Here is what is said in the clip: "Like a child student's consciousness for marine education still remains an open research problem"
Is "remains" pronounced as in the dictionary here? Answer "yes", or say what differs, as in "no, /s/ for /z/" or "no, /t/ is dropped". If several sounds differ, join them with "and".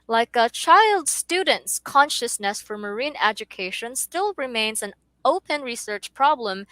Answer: yes